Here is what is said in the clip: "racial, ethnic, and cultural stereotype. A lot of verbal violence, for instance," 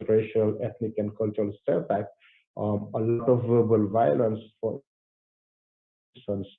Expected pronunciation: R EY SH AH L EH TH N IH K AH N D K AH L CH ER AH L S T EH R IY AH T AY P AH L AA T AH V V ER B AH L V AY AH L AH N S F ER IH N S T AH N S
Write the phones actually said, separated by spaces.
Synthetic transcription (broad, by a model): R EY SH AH L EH T N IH K AH N D K AH L CH ER AH L S T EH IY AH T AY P AH L AA T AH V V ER B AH L V AY AH L AH N S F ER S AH N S